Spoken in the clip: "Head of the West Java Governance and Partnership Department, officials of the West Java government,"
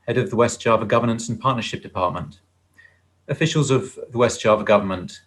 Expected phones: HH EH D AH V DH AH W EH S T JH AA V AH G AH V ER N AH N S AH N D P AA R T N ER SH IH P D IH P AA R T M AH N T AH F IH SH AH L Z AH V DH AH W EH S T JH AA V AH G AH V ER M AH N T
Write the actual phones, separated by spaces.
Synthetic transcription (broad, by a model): HH EH D AH V DH AH W EH S T JH AA V AH G AH V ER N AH N S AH N P AA T N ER SH IH P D IH P AA T M AH N T AH F IH SH AH L Z AH V DH AH W EH S T ZH AA V AH G AH V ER M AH N T